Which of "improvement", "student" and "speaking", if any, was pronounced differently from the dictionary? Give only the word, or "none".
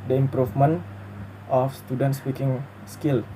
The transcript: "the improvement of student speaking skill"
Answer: improvement